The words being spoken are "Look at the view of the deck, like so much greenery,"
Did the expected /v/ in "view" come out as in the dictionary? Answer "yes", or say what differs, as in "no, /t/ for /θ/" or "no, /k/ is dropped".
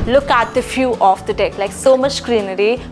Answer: no, /f/ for /v/